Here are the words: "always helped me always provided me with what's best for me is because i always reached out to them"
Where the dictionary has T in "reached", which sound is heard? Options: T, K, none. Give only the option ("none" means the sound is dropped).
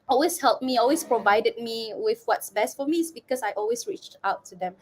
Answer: T